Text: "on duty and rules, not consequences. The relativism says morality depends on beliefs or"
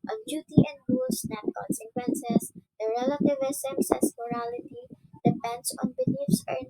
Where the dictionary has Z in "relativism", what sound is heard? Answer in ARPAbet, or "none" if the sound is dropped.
S